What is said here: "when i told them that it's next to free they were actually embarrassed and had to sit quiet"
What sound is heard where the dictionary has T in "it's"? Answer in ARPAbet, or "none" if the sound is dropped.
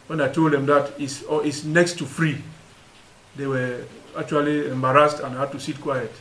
S